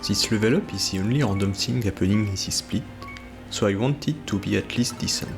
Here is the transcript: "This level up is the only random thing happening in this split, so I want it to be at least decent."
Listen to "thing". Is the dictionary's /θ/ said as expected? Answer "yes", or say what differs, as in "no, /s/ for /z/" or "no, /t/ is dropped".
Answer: no, /s/ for /θ/